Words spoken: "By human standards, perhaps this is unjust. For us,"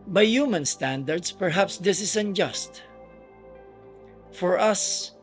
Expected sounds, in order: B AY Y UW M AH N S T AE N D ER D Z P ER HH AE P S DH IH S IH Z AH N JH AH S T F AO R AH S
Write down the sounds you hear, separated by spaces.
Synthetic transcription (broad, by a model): B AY Y UW M AH N S T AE N D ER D S P ER HH AE P S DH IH S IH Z AH N JH AH S T F AO R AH S